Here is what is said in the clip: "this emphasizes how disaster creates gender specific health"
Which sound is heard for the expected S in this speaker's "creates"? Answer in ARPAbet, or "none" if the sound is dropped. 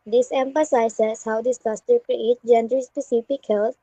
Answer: none